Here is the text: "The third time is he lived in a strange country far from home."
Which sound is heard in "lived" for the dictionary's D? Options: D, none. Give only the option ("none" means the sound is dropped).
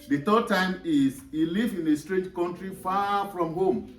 none